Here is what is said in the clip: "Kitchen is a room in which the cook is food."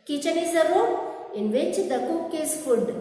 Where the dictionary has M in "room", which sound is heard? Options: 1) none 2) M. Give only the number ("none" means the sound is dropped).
1